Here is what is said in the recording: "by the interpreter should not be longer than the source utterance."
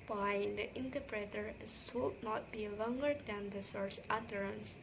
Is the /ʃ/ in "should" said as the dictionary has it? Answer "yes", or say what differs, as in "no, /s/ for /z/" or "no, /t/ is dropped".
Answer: no, /s/ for /ʃ/